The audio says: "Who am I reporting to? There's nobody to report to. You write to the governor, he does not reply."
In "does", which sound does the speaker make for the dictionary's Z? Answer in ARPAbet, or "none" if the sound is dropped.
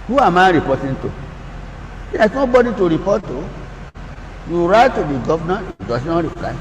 S